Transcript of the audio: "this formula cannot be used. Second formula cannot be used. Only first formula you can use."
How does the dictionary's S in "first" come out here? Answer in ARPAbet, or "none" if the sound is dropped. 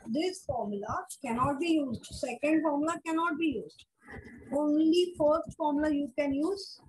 none